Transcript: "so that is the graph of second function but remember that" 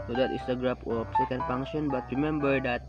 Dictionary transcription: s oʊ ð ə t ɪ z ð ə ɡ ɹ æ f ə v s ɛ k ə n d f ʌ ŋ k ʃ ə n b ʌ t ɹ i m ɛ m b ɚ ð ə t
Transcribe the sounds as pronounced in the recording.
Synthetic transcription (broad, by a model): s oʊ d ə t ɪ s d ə ɡ ɹ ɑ p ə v s ɛ k ə n d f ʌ ŋ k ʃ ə n b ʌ t ɹ i m ɛ m b ɚ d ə t